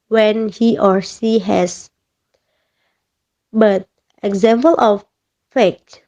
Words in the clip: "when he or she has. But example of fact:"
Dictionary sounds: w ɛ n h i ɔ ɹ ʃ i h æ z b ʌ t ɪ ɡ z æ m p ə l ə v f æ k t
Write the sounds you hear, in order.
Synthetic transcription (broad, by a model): w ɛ n h i ɔ ɹ s i h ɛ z b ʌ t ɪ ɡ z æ m p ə l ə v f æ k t